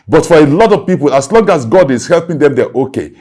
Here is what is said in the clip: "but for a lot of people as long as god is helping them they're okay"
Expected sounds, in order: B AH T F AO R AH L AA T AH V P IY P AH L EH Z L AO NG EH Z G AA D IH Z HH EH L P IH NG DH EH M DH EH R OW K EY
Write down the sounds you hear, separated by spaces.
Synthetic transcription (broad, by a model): B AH T F AO R AH L AA T AH V P IY P AH L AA S L AO NG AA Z G AA D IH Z HH EH L P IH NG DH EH M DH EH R OW K EY